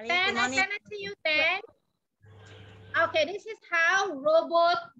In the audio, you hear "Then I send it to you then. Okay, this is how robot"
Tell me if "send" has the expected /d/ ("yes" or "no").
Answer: no